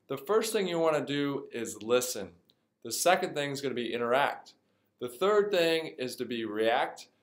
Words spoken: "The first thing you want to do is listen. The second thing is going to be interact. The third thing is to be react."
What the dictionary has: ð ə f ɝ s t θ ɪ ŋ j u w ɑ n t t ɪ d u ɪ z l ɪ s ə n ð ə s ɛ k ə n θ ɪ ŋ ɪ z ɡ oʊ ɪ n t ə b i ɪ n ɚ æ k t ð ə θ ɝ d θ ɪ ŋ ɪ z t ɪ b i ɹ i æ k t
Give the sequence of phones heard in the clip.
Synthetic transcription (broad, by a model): ð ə f ɝ s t θ ɪ ŋ j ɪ w ɑ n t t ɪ d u ɪ z l ɪ s ə n ð ə s ɛ k ə n θ ɪ ŋ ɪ z ɡ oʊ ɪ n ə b i ɪ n ɚ æ k t ð ə θ ɝ d θ ɪ ŋ ɪ z t ɪ b i ɹ i æ k t